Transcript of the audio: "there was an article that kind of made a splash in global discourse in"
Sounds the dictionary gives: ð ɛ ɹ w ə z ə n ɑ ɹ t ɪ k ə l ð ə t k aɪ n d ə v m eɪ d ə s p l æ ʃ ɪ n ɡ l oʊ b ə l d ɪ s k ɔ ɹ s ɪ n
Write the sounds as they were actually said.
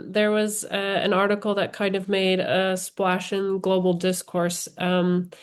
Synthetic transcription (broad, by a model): ð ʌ ɹ w ə z ə n ɑ ɹ t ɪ k l ð ə t k aɪ n d ə v m eɪ d ə s p l æ ʃ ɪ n ɡ l oʊ b l d ɪ s k ɔ ɹ s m